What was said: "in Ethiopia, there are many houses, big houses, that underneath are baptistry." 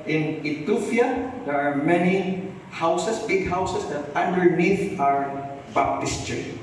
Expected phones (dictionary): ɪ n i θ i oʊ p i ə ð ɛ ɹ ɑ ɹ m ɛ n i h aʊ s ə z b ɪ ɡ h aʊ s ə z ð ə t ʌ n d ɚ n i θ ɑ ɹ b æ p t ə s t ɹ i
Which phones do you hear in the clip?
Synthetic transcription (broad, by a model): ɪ n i t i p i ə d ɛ ɹ ɑ ɹ m ɛ n i h aʊ s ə s b ɪ ɡ h aʊ s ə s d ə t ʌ n d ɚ n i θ ɑ ɹ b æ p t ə s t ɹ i